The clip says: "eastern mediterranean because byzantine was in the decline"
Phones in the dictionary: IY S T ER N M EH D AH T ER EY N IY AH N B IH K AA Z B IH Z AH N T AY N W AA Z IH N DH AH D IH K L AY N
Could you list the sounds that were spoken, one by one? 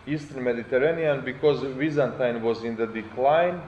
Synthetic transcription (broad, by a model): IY S T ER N M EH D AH T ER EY N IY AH N B IH K AA Z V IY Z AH N T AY N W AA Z IH N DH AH D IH K L AY N